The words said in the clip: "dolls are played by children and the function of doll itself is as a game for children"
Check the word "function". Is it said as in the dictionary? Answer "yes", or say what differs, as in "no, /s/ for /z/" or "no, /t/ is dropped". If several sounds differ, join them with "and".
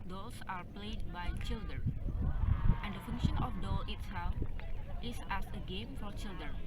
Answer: yes